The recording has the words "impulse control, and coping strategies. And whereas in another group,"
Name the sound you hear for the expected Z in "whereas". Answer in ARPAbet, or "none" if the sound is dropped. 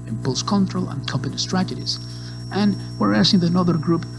S